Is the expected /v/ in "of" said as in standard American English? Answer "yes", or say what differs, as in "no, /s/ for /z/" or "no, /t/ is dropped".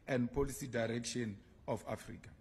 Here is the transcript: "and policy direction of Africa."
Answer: no, /f/ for /v/